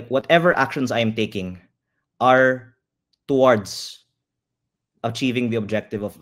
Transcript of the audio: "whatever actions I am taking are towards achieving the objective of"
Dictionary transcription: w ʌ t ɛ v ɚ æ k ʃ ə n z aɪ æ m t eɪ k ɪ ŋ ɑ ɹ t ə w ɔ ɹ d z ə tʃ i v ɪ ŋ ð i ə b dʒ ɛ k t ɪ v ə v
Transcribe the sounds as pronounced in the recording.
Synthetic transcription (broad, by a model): w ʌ t ɛ v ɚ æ k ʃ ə n s aɪ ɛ m t eɪ k ɪ ŋ ɑ ɹ t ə w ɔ ɹ d s ə tʃ i v ɪ ŋ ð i ə b dʒ ɛ k t ɪ v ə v